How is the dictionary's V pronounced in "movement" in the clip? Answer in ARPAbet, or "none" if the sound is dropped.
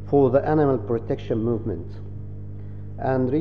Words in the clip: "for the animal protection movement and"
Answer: V